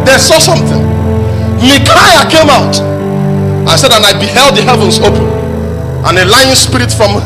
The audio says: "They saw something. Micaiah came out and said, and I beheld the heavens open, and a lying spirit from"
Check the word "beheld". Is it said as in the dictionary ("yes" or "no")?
yes